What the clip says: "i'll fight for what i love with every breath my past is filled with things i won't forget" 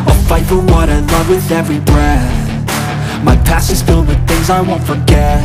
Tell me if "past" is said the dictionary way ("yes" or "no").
no